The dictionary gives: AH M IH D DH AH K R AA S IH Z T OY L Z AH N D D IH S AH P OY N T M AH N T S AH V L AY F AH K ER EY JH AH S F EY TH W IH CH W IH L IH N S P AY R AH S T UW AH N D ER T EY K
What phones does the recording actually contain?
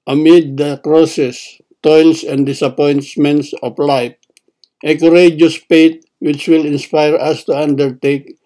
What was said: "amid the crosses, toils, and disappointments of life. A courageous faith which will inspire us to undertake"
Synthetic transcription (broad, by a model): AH M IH D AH K R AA S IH S T OY L S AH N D D IH S AH P OY N T M AH N T S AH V L AY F AH K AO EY JH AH S P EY T W IH CH W IH L IH N S P AY R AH S T UW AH N D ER T EY K